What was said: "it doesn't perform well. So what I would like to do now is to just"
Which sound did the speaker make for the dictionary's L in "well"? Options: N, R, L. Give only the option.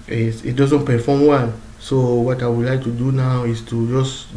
N